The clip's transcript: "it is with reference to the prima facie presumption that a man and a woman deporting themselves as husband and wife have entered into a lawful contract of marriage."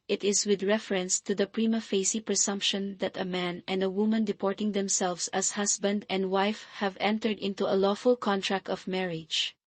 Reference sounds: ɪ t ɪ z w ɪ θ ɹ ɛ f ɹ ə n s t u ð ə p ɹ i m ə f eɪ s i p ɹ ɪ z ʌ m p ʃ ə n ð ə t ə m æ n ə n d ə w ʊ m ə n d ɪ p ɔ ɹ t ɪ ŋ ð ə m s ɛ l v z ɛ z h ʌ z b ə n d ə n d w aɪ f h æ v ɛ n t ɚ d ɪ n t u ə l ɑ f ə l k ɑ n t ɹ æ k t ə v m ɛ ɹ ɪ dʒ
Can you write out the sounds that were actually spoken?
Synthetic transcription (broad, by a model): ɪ t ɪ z w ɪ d ɹ ɛ f ɹ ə n s t u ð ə p ɹ i m ə f eɪ s i p ɹ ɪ s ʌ m p ʃ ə n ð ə t ə m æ n ə n d ə w ʊ m ə n d ɪ p ɔ ɹ t ɪ ŋ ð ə m s ɛ l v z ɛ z h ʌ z b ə n d ə n d w aɪ f h æ v ɛ n t ɚ d ɪ n t u ə l ɑ f ə l k ɑ n t ɹ æ k t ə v m ɛ ɹ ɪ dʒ